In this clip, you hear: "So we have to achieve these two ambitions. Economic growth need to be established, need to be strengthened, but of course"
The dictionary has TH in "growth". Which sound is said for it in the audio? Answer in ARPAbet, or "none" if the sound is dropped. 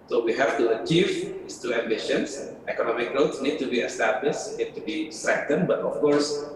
S